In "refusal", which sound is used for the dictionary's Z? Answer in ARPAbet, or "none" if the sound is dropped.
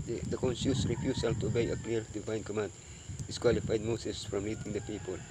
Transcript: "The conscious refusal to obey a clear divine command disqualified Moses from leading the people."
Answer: S